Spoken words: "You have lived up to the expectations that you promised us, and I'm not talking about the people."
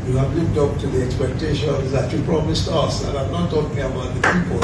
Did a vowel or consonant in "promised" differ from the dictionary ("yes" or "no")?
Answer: no